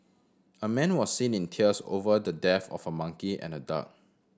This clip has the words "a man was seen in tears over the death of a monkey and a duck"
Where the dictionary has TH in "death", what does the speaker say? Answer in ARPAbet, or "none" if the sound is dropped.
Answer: F